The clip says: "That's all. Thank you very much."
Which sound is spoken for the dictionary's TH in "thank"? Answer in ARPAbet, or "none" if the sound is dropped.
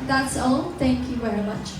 T